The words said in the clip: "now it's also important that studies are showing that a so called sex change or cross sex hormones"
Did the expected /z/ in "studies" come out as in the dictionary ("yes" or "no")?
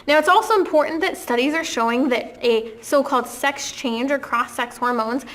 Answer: yes